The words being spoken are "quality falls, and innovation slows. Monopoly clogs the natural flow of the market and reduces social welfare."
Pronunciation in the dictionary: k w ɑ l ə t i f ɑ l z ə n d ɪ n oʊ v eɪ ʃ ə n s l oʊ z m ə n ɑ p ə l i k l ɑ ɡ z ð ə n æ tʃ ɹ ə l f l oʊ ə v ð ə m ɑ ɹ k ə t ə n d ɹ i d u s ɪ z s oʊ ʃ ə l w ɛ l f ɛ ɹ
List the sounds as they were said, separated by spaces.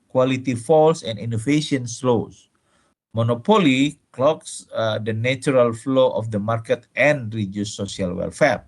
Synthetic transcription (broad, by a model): k w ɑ l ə t i f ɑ l s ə n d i n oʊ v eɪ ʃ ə n s l oʊ s m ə n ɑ p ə l i k l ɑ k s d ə n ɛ tʃ ɹ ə l f l oʊ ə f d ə m ɑ ɹ k ə t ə n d ɹ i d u s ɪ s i ə l w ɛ l f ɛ ɹ